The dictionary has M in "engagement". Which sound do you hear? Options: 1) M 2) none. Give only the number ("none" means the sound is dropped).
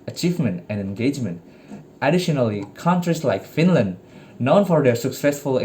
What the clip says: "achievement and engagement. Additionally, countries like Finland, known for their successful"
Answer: 1